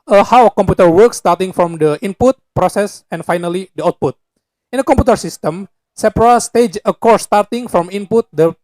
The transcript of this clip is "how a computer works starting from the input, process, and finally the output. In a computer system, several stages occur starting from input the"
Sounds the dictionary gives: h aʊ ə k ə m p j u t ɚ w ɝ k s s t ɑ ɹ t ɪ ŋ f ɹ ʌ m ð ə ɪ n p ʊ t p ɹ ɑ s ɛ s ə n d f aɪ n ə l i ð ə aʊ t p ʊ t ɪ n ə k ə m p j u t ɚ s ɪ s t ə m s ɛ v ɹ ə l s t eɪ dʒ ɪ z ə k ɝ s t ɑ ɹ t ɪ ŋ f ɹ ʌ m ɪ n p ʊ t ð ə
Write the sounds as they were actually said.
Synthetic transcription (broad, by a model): h aʊ ə k ə m p j u t ɚ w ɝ k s s t ɑ ɹ t ɪ ŋ f ɹ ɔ m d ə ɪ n p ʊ t p ɹ ɑ s ɛ s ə n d f aɪ n ə l i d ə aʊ t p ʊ t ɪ n ə k ə m p j u t ɚ s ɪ s t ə m s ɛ p ɹ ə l s t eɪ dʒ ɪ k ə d s t ɑ ɹ t ɪ ŋ f ɹ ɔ m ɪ n p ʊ t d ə